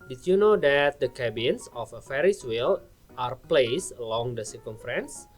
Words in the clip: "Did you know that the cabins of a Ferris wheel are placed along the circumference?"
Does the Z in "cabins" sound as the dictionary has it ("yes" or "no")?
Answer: no